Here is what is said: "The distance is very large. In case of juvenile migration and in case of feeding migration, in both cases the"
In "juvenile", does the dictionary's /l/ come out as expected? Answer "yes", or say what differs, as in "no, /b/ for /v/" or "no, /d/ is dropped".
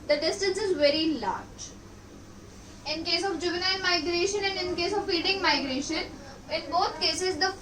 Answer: no, /n/ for /l/